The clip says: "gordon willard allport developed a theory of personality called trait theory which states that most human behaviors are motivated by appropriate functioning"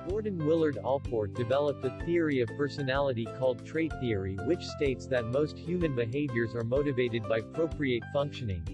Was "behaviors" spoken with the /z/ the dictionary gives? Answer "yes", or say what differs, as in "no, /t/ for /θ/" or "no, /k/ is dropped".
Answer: yes